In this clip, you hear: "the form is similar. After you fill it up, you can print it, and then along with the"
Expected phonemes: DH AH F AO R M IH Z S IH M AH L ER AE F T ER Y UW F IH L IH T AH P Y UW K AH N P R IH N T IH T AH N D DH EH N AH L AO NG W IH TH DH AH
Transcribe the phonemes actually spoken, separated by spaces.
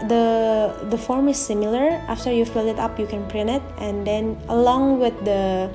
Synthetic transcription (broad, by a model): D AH F AO R M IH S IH M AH L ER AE F T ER Y UW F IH L IH T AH P Y UW K AH N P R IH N IH T AH N D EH N AH L AO NG W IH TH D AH